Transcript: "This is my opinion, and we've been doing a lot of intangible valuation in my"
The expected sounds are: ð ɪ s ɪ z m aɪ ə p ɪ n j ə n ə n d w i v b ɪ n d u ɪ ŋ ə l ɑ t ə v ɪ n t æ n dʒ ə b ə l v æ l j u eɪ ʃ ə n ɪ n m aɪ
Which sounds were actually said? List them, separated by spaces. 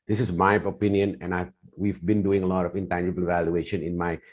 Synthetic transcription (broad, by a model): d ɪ s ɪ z m aɪ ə p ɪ n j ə n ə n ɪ w i v b ɪ n d u ɪ ŋ ə l ɑ t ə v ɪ n t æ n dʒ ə b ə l v æ l j u eɪ ʃ ə n ɪ n m aɪ